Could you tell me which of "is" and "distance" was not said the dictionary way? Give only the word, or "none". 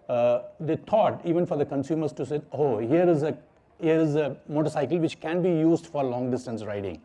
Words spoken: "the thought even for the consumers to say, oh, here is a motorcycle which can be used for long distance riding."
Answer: none